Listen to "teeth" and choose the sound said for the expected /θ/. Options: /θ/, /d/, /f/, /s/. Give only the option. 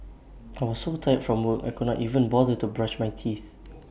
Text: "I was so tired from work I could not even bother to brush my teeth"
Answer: /θ/